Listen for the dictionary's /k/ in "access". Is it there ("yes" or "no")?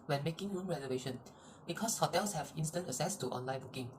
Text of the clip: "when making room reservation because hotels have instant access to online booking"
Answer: no